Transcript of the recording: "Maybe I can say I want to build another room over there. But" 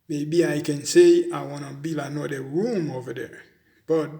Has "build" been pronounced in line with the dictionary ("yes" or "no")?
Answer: no